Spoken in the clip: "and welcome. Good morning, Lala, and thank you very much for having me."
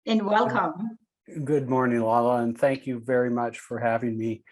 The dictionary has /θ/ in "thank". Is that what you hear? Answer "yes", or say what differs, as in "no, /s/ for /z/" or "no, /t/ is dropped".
yes